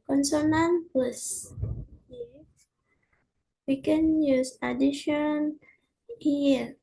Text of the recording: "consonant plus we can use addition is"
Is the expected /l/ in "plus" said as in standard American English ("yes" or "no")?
no